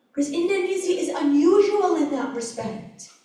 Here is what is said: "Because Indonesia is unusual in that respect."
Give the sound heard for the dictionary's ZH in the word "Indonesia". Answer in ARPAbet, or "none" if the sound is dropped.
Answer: Z